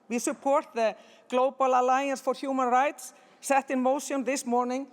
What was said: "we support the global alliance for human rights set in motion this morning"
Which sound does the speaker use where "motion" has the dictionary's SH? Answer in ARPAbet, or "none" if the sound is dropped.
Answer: S